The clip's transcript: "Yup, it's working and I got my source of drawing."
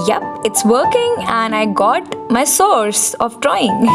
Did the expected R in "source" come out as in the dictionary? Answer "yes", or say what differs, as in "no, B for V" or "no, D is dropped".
yes